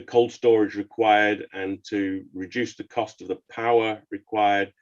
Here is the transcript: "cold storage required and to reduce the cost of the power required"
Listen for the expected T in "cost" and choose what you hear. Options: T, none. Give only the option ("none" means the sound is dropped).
T